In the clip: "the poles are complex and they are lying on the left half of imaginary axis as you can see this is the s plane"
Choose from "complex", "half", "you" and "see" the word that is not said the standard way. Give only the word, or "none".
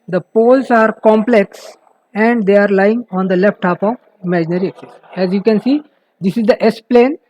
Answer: half